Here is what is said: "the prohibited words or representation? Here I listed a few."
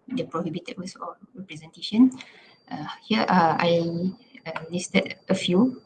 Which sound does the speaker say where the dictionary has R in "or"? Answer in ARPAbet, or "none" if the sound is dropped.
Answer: L